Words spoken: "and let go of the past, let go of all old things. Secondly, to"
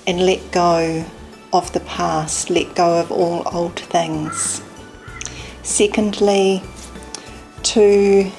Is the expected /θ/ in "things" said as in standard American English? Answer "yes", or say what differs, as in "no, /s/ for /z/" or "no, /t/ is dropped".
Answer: yes